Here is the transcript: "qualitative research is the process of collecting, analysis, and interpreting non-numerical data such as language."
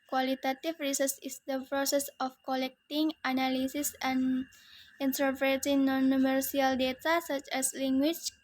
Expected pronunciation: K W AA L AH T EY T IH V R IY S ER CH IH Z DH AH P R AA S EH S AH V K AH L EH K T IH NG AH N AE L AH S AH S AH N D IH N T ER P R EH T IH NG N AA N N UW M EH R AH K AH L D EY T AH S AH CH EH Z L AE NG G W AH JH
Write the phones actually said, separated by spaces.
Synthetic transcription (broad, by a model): K W AA L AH T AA T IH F R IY S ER S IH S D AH P R AA S EH S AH F K AH L EH K T IH NG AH N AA L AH S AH S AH N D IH N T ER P R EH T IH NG N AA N N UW M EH R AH AH L D EY T AH S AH CH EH S L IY NG G W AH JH